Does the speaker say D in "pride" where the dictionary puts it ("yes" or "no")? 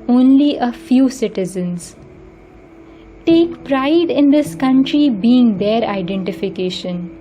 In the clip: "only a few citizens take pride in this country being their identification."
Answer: yes